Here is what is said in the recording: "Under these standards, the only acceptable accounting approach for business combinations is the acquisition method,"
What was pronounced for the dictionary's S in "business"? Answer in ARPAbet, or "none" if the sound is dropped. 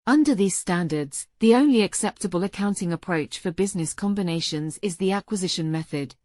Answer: S